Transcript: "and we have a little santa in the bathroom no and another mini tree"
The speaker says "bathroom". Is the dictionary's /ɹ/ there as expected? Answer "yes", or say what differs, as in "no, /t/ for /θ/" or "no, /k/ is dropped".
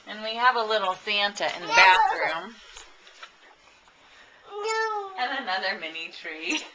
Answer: yes